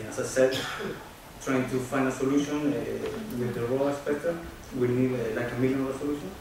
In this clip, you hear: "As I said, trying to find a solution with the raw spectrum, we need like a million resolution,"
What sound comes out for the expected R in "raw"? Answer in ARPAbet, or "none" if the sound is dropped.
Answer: L